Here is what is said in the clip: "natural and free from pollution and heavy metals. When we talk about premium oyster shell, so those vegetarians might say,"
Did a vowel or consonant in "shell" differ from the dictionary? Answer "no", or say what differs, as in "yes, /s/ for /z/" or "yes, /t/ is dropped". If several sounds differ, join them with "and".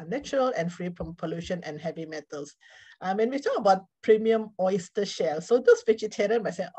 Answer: no